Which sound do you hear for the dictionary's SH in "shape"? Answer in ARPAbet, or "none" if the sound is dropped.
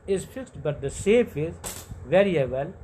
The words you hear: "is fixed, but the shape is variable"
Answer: S